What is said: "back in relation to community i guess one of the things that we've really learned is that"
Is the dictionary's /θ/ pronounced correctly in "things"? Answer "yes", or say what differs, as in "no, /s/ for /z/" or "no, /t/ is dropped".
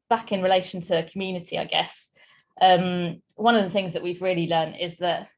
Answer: yes